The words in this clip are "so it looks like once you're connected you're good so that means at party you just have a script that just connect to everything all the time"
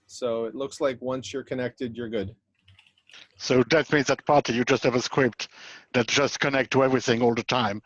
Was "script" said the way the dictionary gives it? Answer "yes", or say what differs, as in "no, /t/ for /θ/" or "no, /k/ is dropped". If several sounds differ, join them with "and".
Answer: no, /w/ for /ɹ/